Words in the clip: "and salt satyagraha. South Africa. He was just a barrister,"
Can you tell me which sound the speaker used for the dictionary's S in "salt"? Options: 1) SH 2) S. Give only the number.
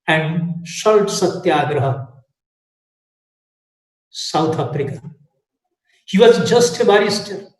1